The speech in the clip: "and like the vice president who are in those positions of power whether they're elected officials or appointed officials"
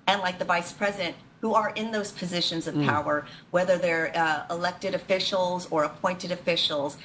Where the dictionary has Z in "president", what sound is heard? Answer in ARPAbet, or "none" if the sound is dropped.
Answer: Z